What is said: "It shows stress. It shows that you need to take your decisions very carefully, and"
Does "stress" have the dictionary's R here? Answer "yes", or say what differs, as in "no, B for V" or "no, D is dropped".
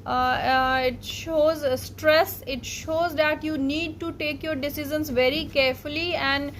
yes